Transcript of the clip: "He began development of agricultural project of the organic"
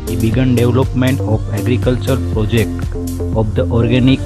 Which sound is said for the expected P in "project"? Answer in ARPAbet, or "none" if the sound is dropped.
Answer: P